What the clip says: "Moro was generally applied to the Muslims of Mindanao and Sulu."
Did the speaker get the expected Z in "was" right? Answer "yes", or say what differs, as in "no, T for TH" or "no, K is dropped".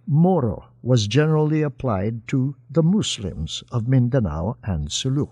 yes